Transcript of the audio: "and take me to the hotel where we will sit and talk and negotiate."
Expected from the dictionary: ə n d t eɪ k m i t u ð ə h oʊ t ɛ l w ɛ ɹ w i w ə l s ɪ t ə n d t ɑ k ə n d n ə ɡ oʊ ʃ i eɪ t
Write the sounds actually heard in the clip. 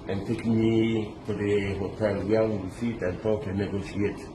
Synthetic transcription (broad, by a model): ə n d t eɪ k m i t u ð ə h oʊ t ɛ l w w i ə w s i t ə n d t ɑ k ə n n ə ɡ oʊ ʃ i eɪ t